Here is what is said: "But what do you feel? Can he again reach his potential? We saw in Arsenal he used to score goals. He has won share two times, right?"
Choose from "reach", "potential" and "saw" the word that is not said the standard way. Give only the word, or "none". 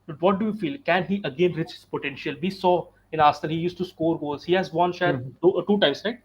none